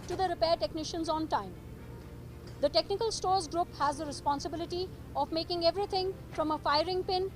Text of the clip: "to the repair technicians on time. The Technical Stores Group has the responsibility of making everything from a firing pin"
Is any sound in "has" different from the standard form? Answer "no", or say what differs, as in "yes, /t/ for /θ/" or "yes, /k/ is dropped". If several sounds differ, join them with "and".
no